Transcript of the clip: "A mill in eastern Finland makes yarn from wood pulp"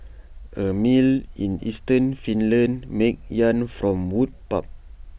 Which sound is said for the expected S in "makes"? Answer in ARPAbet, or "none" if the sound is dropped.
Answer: none